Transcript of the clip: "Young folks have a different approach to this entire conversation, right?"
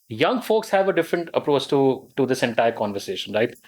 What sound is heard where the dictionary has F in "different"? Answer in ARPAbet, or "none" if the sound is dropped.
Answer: F